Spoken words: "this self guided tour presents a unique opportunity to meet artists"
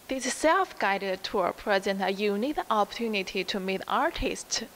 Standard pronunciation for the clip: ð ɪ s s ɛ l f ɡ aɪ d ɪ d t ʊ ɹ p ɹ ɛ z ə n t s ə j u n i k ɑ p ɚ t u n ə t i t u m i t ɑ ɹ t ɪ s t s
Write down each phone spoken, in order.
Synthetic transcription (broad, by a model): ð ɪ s s ɛ l f ɡ aɪ d ɪ d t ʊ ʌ p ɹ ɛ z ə n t ə j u n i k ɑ p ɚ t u n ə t i t u m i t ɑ ɹ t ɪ s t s